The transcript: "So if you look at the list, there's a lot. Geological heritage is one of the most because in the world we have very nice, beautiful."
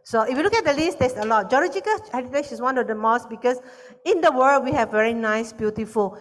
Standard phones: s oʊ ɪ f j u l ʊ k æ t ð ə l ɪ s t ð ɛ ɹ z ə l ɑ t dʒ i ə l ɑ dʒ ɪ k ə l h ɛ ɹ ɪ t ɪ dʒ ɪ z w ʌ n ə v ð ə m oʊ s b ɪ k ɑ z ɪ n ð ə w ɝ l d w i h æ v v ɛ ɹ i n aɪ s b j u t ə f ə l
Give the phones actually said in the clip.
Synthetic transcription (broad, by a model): s oʊ ɪ f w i l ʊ k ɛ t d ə l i s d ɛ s ə l ɑ t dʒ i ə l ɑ dʒ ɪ k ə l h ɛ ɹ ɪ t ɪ ʃ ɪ s w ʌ n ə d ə m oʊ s b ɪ k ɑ s ɪ n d ə w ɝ l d w i h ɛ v v ɛ ɹ i n aɪ s b j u t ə f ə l